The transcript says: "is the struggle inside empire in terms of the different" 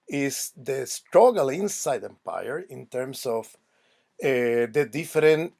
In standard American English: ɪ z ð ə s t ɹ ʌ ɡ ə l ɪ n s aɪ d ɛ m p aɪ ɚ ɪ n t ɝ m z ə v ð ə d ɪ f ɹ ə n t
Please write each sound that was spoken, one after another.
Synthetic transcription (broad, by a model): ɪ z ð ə s t ɹ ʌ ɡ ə l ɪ n s aɪ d ɛ m p aɪ ɚ ɪ n t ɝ m s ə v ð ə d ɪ f ɹ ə n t